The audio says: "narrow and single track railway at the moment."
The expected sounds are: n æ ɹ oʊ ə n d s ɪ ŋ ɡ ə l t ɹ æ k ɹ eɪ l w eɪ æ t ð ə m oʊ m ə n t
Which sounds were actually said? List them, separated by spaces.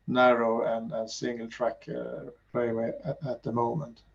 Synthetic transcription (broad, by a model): n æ ɹ oʊ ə n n s ɪ ŋ ɡ ə l t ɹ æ k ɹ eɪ w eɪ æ t ð ə m oʊ m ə n t